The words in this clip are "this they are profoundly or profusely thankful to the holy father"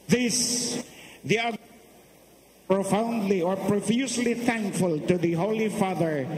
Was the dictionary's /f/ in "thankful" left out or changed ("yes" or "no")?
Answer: no